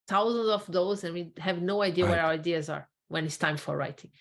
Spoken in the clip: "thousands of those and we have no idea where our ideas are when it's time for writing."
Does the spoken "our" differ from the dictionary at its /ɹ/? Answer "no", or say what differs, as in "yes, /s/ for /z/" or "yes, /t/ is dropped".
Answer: yes, /w/ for /ɹ/